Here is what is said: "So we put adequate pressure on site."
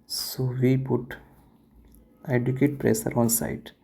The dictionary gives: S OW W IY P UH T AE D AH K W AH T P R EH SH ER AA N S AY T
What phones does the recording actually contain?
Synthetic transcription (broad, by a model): S OW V IY P UH T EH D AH K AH T P R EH S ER AA N S AY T